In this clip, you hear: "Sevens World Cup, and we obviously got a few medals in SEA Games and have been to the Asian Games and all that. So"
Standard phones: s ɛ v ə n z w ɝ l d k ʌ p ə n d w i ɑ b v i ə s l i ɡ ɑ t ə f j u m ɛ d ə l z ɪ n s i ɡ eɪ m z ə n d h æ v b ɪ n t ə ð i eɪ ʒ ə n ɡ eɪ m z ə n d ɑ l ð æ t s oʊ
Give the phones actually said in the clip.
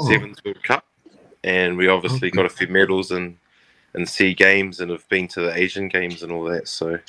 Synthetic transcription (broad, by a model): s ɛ v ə n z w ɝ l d k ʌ p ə n w i ɑ b v i ə s l i ɡ ɑ t ə f j u m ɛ d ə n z ɪ n s i ɡ eɪ m z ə n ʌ v b ɪ n t ə ð i eɪ ʒ ə n ɡ eɪ m z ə n ɑ l ð æ t s oʊ